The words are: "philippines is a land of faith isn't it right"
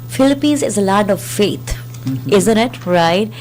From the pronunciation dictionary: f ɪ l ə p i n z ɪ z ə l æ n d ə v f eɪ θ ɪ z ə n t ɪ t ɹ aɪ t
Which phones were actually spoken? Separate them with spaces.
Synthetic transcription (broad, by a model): f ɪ l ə p i n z ɪ z ə l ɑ d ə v f eɪ t ɪ z ə n t ɪ t ɹ aɪ t